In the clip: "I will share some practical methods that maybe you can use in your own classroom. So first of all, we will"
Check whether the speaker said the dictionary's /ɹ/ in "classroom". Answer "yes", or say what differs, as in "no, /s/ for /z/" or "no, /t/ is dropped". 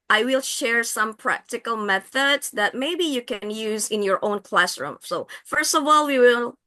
yes